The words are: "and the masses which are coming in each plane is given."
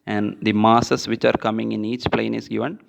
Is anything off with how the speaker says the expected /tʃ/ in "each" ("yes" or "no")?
no